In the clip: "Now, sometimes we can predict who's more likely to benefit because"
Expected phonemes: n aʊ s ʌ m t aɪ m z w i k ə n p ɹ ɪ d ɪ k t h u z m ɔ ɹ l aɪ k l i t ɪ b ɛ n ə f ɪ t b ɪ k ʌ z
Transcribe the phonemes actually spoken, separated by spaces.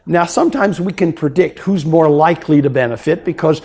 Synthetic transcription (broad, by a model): n aʊ s ʌ m t aɪ m z w i k ə n p ɹ ɪ d ɪ k t h u z m ɔ ɹ l aɪ k l i t ɪ b ɛ n ə f ɪ t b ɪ k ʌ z